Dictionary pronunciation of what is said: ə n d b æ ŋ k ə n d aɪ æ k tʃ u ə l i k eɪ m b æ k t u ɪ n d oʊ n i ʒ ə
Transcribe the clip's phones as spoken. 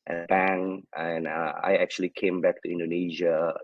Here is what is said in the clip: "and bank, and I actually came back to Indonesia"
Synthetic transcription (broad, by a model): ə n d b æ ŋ ə n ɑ aɪ æ k tʃ u ə l i k eɪ m b æ k t u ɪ n d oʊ n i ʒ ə